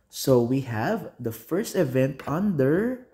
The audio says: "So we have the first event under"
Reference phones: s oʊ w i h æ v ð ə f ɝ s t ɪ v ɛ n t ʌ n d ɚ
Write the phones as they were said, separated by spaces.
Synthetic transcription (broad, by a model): s oʊ w i h æ v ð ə f ɝ s t ɪ v ɛ n t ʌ n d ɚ